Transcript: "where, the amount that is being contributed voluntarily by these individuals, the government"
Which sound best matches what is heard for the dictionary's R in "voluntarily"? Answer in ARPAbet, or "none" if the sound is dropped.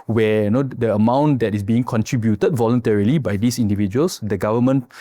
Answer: R